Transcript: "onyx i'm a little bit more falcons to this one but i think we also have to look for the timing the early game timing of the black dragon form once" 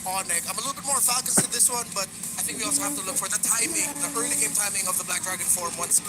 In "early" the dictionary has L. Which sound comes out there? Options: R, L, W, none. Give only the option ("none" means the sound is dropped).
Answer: none